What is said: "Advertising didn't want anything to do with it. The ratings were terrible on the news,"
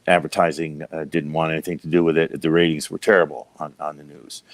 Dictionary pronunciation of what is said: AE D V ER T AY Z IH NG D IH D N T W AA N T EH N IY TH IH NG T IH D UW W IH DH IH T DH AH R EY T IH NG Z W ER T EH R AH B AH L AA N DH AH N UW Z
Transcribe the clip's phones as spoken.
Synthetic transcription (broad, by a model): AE D V ER T AY Z IH NG D IH D N T W AA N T EH N IY TH IH NG T IH D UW W IH DH IH T DH AH R EY T IH NG Z W ER T EH R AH B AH N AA N DH AH N UW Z